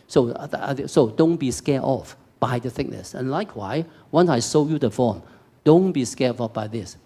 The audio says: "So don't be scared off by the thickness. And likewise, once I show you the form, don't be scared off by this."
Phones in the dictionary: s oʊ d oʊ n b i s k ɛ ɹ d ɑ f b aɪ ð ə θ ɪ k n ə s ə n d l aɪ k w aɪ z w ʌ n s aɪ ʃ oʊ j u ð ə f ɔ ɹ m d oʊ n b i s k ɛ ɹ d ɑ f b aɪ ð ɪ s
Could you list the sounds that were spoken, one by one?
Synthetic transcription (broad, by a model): s oʊ d oʊ n b i s k ɛ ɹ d ɑ f b aɪ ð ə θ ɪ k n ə s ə n l aɪ k w aɪ w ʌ n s aɪ s oʊ j u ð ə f ɔ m d oʊ n b i s k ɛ ɑ f b aɪ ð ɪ s